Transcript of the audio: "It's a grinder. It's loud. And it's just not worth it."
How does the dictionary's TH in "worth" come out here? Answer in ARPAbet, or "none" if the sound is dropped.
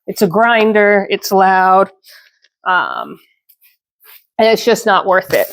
TH